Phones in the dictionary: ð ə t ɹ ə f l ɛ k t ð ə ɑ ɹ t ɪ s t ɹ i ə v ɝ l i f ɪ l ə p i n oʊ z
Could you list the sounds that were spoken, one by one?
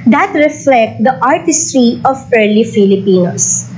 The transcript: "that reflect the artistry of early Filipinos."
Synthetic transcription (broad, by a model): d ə t ɹ ə f l ɛ k t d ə ɑ ɹ t ɪ s t ɹ i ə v ɝ l i f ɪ l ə p i n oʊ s